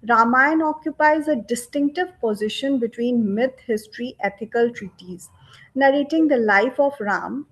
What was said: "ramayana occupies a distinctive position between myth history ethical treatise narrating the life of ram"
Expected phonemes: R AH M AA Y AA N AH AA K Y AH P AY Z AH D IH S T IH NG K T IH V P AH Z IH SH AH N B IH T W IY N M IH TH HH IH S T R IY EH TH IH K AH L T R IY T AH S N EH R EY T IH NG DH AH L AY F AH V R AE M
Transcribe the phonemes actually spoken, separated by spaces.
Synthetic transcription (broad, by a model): R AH M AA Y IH N AA K Y AH P AY Z AH D IH S T IH NG K T IH V P AH Z IH SH AH N B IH T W IY N M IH T HH IH S T R IY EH T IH K AH L T R IY T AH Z N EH R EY T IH NG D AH L AY F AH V R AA M